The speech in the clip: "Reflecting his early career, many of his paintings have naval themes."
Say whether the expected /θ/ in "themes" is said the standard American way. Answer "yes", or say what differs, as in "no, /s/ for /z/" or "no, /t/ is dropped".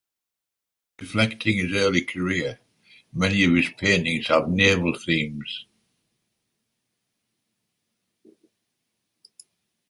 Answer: yes